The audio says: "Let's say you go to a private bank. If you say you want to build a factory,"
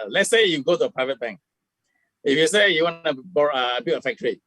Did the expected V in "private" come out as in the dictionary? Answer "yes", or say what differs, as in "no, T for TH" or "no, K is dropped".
yes